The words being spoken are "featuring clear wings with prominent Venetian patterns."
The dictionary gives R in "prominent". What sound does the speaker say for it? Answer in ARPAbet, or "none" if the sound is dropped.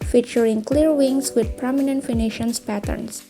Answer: R